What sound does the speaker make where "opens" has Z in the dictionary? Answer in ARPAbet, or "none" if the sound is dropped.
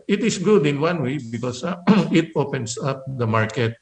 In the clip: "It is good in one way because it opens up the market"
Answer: S